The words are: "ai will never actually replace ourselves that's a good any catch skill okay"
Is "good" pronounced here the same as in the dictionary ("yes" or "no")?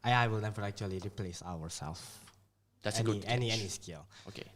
no